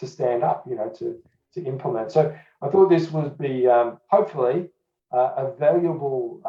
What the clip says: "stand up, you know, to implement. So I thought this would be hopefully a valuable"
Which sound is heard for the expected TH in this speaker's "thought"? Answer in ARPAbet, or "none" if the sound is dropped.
TH